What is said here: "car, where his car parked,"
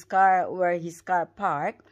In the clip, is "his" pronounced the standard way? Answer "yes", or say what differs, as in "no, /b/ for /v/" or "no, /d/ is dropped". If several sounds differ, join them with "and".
no, /s/ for /z/